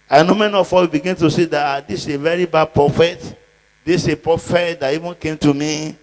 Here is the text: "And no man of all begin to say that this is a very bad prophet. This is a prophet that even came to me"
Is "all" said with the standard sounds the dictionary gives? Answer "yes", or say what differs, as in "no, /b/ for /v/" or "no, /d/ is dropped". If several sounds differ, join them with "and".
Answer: no, /w/ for /l/